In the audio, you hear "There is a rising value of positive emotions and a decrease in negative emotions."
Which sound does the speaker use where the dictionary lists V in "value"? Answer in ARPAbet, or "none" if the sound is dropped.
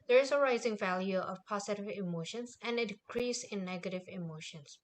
V